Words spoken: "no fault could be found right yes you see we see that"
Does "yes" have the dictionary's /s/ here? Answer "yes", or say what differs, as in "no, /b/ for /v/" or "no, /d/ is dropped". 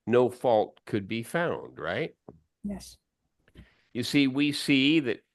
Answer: yes